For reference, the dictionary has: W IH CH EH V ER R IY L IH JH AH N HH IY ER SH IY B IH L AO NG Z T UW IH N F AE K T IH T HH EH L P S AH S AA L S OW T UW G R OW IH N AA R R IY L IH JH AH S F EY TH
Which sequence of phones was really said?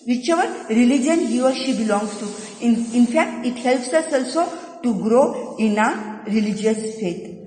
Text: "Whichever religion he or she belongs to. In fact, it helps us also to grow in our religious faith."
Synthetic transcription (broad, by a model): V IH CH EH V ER R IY L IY JH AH N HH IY ER SH IY B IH L AO NG S T UW IH N F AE K T IH T HH EH L P S AH S AA L S OW T UW G R OW IH N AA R R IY L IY JH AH S F EY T